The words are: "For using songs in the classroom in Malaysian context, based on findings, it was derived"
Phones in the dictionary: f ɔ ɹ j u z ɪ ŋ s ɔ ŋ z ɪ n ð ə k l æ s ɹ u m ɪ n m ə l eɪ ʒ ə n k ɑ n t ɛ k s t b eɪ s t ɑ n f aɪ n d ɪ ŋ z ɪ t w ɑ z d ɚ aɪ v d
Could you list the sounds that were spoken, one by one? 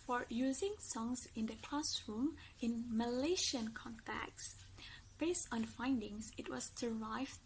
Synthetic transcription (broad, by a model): f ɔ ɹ j u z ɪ ŋ s ɔ ŋ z ɪ n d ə k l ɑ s ɹ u m ɪ n m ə l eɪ ʃ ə n k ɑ n t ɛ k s b eɪ s t ɑ n f aɪ n d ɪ ŋ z ɪ t w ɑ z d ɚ aɪ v